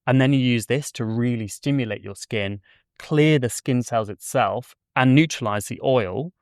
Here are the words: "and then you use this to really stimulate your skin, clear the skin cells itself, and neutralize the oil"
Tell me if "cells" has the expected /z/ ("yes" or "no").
yes